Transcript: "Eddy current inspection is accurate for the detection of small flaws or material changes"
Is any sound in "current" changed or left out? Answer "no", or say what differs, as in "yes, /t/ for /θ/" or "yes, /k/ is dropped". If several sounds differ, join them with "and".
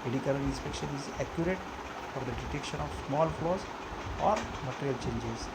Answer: yes, /t/ is dropped